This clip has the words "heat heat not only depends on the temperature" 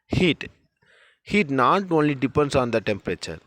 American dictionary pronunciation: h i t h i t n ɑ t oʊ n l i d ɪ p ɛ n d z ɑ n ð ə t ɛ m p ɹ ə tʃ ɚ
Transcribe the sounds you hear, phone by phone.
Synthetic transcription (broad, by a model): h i t h i t n ɑ t oʊ n l i d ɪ p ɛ n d s ɑ n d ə t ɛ m p ɹ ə tʃ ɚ